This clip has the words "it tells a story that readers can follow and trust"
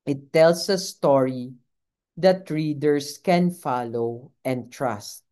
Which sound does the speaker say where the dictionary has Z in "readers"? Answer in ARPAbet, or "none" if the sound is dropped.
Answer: S